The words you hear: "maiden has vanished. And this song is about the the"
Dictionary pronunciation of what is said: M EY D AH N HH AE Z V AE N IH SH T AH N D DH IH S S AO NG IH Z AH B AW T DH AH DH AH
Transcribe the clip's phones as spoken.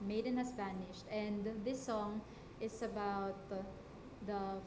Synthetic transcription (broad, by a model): M EY D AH N HH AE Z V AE N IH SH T AH N D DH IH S S AO NG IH S AH B AW T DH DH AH